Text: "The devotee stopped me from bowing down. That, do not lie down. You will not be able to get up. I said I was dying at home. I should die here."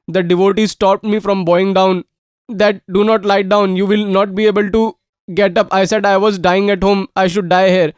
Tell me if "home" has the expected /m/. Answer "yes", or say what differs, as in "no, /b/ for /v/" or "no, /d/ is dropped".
yes